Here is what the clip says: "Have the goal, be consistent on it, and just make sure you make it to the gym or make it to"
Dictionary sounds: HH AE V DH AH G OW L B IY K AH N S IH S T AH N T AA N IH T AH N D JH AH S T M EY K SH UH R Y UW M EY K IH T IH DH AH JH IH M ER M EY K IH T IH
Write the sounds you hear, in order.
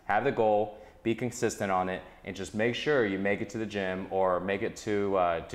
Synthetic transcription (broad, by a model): HH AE V DH AH G OW L B IY K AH N S IH S T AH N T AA N IH T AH N JH AH S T M EY K SH UH R Y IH M EY K IH T IH DH AH JH IH M ER M EY K IH T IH